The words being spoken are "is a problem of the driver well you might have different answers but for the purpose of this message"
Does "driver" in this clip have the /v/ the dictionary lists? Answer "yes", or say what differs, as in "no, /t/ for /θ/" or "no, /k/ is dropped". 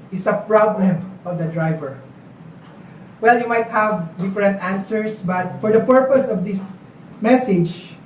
yes